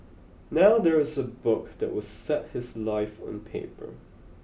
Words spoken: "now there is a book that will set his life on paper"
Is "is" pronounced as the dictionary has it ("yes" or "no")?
yes